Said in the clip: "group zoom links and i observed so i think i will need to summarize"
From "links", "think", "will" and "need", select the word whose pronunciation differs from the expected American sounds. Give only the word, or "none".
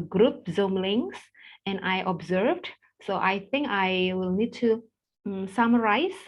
links